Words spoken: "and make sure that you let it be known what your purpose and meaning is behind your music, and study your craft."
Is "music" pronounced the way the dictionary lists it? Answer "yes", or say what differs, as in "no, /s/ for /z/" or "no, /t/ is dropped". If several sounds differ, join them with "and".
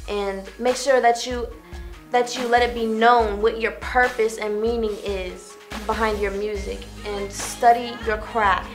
yes